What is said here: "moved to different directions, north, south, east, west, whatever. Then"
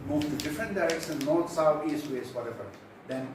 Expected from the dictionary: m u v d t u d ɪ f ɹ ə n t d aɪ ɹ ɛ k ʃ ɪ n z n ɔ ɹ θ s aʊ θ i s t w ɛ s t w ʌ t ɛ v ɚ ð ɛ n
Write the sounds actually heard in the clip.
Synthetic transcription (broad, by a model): m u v t u d ɪ f ɹ ə n t d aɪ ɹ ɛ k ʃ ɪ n n ɔ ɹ t s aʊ t i s t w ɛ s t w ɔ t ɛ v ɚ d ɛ n